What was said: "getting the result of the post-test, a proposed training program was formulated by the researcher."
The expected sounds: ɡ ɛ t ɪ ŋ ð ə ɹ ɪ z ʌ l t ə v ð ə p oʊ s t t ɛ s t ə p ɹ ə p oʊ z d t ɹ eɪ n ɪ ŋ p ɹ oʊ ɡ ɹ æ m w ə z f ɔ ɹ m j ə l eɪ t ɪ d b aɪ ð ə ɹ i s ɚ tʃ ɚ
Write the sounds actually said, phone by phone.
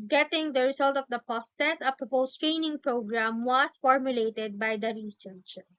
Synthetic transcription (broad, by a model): ɡ ɛ t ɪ ŋ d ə ɹ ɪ s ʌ l t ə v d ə p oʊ s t t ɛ s ə p ɹ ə p oʊ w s t ɹ eɪ n ɪ ŋ p ɹ oʊ ɡ ɹ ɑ m w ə s f ɔ ɹ m j ə l eɪ t ɪ d b aɪ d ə ɹ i s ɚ tʃ